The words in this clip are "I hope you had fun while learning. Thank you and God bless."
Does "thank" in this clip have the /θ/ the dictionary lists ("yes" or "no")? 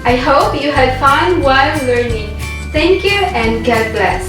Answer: no